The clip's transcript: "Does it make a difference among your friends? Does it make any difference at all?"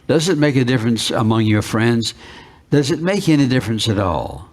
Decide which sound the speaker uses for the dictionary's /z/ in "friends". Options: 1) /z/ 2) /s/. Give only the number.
1